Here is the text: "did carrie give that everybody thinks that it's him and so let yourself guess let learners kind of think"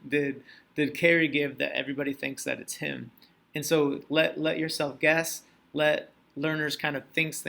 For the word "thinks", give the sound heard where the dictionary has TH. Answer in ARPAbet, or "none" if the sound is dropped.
TH